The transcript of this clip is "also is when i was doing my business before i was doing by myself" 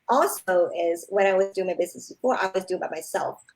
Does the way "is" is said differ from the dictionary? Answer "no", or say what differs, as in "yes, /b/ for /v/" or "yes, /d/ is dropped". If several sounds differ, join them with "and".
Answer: no